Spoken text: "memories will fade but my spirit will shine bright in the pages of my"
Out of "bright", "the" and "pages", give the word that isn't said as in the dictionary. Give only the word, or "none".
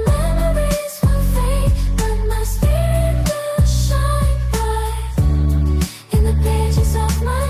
bright